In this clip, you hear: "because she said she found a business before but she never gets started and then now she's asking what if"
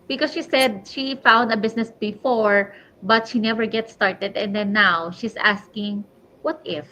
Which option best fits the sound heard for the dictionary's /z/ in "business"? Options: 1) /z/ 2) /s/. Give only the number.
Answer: 2